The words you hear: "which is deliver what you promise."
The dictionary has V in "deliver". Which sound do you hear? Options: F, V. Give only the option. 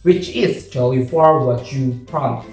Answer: F